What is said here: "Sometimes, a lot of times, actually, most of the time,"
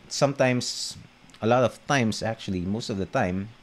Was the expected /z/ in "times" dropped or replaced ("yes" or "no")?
yes